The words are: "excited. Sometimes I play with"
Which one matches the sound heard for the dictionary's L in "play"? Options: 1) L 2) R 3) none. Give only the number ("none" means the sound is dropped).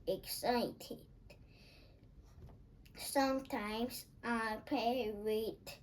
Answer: 3